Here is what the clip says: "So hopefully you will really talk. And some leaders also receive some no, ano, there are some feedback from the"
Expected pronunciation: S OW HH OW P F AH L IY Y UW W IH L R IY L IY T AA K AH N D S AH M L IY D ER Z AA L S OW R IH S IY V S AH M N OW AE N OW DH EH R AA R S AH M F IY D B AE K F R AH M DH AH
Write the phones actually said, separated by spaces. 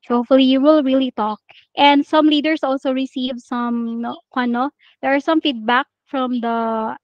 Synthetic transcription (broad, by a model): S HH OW F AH L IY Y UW W IH L R IY L IY T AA K AH N D S AH M L IY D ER S AA L S OW R IH S IY V S AH M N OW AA N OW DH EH R AA R S AH M F IY D B AE K F R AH M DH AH